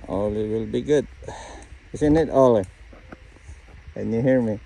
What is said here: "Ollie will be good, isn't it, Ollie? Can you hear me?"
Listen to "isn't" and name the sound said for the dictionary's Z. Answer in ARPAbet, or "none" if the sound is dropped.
S